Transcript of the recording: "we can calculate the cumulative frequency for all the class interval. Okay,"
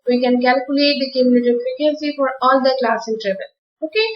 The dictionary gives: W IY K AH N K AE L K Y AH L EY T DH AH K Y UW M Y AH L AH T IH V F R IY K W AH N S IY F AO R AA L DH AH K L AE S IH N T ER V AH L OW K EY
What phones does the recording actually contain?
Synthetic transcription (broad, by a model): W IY K AH N K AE L K Y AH L EY T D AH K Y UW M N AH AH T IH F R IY K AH S IY F AO R AA L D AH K L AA S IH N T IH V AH L OW K EY